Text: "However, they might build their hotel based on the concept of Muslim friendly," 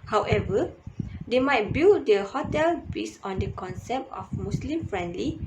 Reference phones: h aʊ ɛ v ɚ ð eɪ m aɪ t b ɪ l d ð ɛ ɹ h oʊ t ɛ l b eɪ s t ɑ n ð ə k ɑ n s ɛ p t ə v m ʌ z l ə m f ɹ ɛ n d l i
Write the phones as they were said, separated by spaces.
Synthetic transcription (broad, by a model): h aʊ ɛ v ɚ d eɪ m aɪ t b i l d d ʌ h oʊ t ɛ l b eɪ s ɑ n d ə k ɑ n s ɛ p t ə f m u s l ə m f ɹ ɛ n d l i